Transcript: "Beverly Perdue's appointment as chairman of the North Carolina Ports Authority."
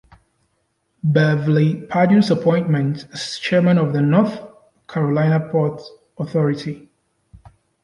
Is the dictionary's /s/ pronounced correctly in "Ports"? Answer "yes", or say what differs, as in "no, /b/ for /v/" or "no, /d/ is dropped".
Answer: no, /s/ is dropped